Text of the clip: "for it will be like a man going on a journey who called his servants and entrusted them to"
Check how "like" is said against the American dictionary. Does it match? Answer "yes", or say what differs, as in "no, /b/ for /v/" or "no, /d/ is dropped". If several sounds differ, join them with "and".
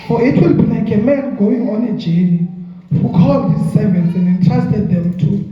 no, /n/ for /l/